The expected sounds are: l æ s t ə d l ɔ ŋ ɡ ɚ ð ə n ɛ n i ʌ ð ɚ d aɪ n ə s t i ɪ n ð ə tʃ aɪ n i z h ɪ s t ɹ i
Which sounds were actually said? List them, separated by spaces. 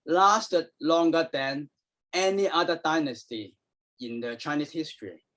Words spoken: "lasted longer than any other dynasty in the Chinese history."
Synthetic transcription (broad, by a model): l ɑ s t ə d l ɔ ŋ ɡ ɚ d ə n ɛ n i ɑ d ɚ d aɪ n ə s t i ɪ n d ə tʃ aɪ n i s h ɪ s t ɹ i